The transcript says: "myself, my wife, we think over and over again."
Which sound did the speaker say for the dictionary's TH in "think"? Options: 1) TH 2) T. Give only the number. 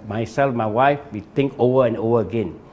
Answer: 2